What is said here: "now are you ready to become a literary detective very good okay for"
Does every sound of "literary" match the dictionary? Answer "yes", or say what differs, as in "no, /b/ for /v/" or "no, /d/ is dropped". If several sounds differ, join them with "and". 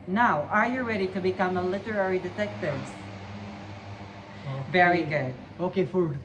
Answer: yes